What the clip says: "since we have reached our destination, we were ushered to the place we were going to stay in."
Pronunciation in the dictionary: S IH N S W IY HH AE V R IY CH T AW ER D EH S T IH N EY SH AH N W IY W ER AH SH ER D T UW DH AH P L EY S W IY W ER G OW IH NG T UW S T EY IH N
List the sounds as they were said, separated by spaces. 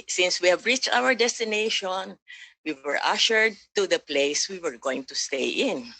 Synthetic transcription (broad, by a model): S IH N S W IY HH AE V R IY CH T AW ER D EH S T IH N EY SH AH N W IY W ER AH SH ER D T UW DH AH P L EY S W IY W ER G OW IH NG T UW S T EY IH N